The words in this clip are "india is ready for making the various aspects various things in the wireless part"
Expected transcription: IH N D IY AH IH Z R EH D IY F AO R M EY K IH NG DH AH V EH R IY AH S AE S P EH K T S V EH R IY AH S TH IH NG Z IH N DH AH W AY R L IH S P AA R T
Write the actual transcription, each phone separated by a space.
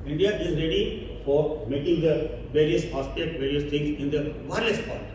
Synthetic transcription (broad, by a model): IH N D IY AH IH Z R EH D IY F AO R M EY K IH NG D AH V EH R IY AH S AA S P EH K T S V EH R IY AH S T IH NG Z IH N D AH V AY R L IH S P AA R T